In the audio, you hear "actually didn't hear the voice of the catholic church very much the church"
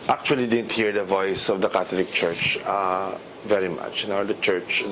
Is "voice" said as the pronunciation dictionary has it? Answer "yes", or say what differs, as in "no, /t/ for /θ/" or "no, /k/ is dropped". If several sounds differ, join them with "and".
yes